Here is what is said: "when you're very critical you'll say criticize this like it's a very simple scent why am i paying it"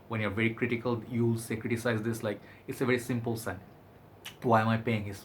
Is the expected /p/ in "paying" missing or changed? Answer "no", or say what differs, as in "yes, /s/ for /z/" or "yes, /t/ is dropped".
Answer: no